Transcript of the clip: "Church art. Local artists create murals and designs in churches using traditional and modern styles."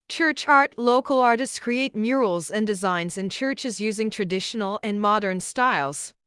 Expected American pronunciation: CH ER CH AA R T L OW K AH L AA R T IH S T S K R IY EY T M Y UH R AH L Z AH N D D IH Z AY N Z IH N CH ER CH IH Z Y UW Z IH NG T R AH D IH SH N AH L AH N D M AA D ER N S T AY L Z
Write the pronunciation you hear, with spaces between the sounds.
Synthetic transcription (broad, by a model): CH ER CH AA R T L OW K AH L AA R T IH S T S K R IY EY T M Y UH R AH L Z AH N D D IH Z AY N Z IH N CH ER CH IH Z Y UW Z IH NG T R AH D IH SH N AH L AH N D M AA D ER N S T AY L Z